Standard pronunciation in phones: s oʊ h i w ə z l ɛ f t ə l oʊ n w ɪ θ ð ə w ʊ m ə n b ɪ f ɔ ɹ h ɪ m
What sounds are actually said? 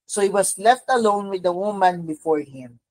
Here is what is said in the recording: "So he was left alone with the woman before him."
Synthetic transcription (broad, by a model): s oʊ h i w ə s l ɛ f t ə l oʊ n w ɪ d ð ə w ʊ m ə n b ɪ f ɔ ɹ h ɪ m